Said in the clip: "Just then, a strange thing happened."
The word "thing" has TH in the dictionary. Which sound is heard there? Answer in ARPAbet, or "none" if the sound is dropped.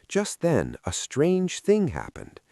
TH